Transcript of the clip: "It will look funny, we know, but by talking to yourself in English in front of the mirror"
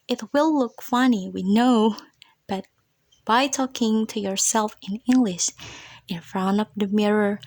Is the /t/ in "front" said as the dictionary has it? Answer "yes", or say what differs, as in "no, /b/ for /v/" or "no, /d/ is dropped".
no, /t/ is dropped